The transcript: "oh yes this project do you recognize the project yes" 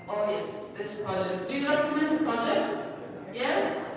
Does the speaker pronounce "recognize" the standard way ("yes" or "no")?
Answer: no